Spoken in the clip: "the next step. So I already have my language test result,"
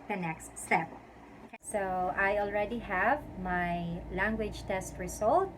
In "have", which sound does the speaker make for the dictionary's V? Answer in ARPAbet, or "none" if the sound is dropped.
V